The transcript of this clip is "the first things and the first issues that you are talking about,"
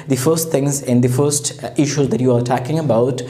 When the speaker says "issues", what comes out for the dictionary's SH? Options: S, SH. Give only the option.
SH